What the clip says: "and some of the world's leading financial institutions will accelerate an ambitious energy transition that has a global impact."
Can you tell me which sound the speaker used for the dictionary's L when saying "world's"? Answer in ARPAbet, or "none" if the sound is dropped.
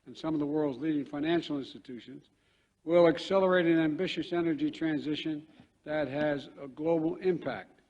L